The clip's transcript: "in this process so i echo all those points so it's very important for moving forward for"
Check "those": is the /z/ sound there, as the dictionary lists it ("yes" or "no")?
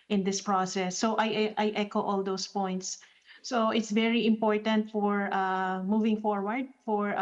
no